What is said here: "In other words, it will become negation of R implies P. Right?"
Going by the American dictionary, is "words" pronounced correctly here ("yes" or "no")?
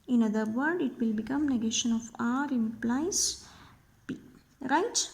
no